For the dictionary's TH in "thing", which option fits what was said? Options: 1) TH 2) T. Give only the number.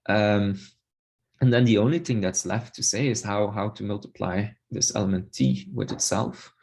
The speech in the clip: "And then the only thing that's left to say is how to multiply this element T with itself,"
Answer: 1